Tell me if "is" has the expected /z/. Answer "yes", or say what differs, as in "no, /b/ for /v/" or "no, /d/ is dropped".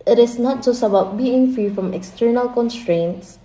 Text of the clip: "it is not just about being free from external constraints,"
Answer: no, /s/ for /z/